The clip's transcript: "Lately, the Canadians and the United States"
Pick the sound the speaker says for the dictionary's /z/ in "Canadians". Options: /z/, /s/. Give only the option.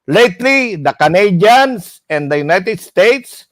/s/